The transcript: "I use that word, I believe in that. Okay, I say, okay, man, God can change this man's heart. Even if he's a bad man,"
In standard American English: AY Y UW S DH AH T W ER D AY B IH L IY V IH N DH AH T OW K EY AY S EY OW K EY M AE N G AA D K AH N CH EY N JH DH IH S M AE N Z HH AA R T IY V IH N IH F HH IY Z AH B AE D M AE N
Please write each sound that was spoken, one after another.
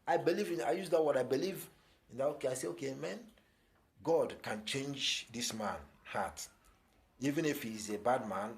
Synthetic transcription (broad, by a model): AY Y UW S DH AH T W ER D AY B IH L IY V IH N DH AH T OW K EY AY S EY OW K EY M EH N G AA D K AH N CH EY N JH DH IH S M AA N HH AA T IY V IH N IH F HH IY Z AH B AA D M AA N